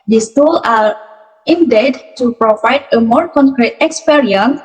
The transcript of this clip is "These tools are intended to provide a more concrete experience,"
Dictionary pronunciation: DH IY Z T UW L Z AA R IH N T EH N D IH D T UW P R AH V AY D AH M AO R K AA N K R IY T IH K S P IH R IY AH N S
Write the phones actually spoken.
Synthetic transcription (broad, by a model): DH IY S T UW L AA R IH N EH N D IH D T UW P R AH V AY D AH M AO R K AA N K R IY T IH K S P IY R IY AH N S